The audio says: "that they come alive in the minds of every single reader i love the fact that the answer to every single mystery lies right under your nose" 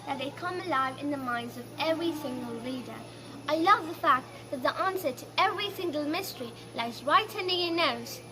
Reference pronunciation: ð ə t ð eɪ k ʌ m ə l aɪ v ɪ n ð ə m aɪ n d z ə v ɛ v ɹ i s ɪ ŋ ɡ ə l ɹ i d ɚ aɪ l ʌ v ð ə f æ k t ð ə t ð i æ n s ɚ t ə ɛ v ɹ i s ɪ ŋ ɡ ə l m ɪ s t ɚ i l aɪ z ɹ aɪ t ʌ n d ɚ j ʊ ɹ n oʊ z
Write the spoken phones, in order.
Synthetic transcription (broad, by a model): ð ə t ð eɪ k ʌ m ə l aɪ v ɪ n ð ə m aɪ n d z ə v ɛ v ɹ i s ɪ ŋ ɡ ə l l i d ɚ aɪ l ʌ v ð ə f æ k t ð ə t ð i æ n s ɚ t ə ɛ v ɹ i s ɪ ŋ ɡ ə l m ɪ s t ɚ i l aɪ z ɹ aɪ t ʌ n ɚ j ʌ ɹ n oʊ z